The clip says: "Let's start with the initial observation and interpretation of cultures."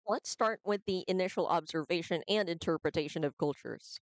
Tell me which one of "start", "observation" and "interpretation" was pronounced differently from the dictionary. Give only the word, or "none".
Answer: none